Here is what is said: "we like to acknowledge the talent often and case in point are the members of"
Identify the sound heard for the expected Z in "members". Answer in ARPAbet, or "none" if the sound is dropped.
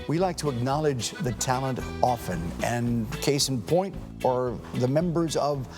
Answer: Z